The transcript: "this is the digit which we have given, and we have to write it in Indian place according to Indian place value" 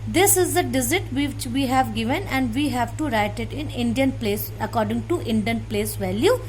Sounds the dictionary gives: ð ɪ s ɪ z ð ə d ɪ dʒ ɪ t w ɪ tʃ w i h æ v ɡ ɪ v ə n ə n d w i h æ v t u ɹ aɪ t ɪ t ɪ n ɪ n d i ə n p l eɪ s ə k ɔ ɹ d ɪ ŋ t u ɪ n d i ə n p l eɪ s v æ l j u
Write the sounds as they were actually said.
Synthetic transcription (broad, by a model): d ɪ s ɪ z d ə d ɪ z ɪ t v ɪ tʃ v i h æ v ɡ ɪ v ə n ə n d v i h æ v t u ɹ aɪ t ɪ t ɪ n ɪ n d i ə n p l eɪ s ə k ɔ ɹ d ɪ ŋ t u ɪ n d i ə n p l eɪ s v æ l j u